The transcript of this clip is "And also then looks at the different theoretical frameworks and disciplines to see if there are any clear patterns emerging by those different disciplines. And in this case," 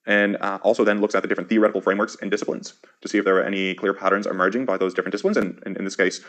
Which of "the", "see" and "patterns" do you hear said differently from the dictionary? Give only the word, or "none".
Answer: none